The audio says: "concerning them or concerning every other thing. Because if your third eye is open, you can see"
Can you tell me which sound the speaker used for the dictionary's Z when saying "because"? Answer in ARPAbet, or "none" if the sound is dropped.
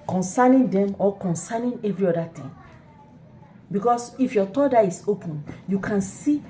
S